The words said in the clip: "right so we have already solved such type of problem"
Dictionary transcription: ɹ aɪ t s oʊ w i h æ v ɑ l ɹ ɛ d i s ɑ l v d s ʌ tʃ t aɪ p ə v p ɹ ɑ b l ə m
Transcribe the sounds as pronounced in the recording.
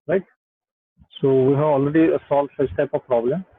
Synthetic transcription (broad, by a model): ɹ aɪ t s oʊ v i h æ v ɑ l ɹ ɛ d i s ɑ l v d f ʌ s t aɪ p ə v p ɹ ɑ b l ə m